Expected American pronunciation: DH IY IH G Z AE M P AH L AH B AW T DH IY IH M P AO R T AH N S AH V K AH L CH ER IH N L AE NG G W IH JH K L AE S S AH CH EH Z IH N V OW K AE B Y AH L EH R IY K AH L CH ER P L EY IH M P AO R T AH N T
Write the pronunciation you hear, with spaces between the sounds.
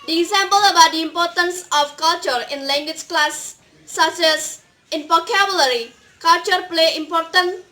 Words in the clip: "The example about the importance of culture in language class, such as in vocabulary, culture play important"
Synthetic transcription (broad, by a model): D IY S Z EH M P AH L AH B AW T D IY IH M P AO R T AH N S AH F K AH L CH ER IH N L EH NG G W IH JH K L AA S S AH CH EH S IH N P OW K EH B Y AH L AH R IY K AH L CH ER P L EY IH M P AO R T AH N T